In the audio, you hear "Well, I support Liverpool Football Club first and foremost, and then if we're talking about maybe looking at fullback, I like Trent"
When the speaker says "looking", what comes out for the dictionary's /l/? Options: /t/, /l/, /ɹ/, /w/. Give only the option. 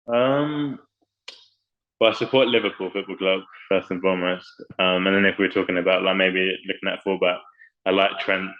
/l/